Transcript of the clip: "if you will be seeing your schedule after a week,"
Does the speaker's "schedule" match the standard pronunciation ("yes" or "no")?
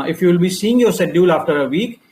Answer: no